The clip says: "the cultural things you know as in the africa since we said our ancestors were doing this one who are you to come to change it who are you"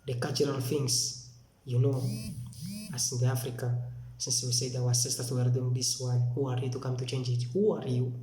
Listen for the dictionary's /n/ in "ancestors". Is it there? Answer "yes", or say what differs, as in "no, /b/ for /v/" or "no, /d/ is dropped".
no, /n/ is dropped